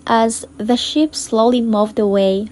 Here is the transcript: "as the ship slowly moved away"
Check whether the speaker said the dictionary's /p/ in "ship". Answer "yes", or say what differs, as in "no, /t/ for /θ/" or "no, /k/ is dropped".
yes